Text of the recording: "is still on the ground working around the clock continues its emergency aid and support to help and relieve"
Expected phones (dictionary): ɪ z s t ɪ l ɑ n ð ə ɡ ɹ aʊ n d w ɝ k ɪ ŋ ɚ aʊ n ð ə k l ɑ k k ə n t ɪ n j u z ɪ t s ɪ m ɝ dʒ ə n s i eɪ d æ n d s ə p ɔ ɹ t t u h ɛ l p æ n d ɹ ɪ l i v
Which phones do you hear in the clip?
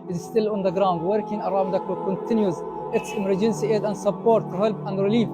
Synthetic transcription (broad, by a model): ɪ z s t ɪ l ɑ n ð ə ɡ ɹ aʊ n d w ɝ k ɪ ŋ ɚ aʊ n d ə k ɑ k k ə n t ɪ n j u z ɪ t s ɪ m ɝ dʒ ə n s i eɪ d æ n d s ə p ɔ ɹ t t u h ɛ l p æ n d ɹ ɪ l i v